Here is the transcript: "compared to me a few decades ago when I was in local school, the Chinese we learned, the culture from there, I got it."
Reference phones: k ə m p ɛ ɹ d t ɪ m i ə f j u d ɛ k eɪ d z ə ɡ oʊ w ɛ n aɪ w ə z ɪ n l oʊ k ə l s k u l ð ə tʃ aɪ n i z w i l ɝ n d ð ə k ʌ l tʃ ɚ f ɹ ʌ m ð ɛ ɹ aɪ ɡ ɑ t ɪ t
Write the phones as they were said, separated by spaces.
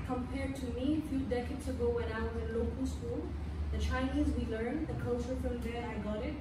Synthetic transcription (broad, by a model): k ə m p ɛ ɹ d t ɪ m i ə f j u d ɛ k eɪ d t ə ɡ oʊ w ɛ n aɪ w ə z ɪ n l oʊ k ə l s k u l ð ə tʃ aɪ n i z w i l ɝ n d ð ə k ʌ l tʃ ɚ f ɹ ʌ m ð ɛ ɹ aɪ ɡ ɑ t ɪ t